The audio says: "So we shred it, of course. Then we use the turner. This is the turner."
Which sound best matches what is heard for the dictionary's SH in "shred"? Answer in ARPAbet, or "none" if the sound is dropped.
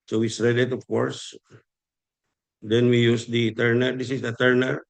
S